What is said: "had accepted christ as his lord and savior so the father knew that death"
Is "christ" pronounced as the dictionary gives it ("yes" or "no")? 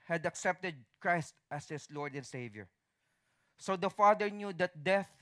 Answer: yes